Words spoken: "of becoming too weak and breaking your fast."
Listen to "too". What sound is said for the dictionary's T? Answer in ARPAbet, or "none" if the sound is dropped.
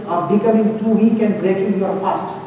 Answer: T